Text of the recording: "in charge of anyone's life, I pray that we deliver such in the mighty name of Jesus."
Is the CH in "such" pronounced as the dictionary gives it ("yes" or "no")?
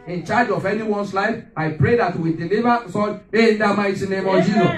no